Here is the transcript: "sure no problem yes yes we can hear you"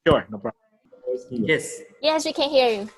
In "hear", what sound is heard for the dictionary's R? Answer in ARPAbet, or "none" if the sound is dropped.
R